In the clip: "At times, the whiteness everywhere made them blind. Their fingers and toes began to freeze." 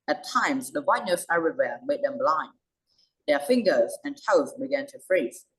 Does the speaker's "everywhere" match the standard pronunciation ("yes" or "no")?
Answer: no